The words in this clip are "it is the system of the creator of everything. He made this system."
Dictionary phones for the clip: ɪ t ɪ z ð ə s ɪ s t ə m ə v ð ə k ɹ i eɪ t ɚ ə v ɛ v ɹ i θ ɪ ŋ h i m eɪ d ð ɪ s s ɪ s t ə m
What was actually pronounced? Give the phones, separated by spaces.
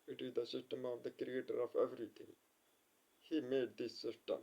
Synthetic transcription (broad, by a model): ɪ t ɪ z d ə s ɪ s t ə m ə v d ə k ɹ i eɪ t ɚ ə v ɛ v ɹ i t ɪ ŋ h i m eɪ d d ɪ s s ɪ s t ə m